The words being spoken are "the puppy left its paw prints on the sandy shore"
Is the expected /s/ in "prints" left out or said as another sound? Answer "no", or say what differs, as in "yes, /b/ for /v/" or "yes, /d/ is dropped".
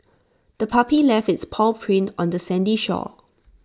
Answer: yes, /s/ is dropped